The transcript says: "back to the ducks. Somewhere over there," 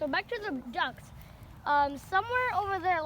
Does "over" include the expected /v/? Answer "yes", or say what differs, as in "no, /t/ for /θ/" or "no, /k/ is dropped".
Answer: yes